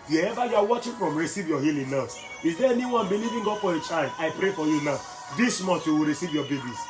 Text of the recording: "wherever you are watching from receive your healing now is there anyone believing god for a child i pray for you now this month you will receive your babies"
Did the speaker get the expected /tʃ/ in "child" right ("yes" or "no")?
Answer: yes